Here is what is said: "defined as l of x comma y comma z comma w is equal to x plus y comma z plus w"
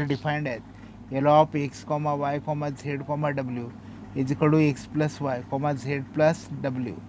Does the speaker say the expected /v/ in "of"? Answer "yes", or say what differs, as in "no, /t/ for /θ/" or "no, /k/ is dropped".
no, /p/ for /v/